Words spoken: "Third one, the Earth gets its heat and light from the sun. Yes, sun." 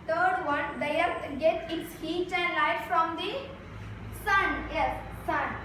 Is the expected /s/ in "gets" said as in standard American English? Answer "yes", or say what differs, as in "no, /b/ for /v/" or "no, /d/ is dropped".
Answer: no, /s/ is dropped